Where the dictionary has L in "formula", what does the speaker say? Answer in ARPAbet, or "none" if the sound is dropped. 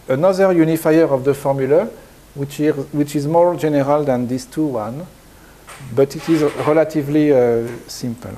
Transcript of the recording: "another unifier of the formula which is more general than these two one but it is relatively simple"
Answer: W